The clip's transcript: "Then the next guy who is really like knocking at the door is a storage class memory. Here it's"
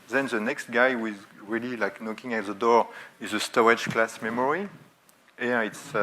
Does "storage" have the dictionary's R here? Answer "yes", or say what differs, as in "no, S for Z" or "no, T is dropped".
no, R is dropped